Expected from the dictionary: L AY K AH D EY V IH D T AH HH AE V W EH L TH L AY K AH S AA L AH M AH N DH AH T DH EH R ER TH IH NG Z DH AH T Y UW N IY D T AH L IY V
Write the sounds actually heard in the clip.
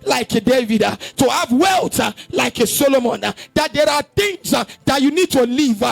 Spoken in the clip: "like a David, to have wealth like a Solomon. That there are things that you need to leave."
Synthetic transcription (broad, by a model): L AY K AH D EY V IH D T AH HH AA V W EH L T L AY K AH S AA L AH M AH N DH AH T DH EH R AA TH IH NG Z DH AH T Y UW N IY D T AH L IY V